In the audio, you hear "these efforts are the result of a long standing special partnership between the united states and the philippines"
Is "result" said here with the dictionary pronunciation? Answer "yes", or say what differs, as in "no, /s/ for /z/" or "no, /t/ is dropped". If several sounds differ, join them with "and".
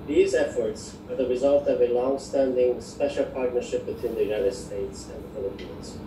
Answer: yes